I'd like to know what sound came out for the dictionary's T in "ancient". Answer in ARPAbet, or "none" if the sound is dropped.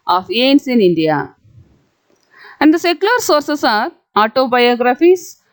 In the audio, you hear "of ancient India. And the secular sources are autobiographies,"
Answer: none